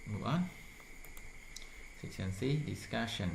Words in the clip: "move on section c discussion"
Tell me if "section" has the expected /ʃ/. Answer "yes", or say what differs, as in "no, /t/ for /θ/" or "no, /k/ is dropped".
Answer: no, /s/ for /ʃ/